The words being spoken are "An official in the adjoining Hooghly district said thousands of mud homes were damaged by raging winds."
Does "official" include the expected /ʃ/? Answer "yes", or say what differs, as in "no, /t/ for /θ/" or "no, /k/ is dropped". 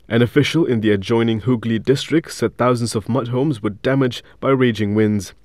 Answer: yes